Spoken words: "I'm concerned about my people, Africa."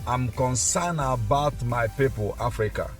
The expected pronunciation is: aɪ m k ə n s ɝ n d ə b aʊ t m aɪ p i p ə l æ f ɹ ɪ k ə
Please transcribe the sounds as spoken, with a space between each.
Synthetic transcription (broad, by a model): aɪ m k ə n s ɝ n ə b aʊ t m aɪ p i p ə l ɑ f ɹ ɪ k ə